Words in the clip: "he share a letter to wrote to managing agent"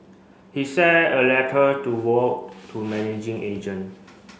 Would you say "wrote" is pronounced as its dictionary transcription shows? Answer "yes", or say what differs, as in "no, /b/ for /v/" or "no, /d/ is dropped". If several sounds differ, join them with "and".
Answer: no, /w/ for /ɹ/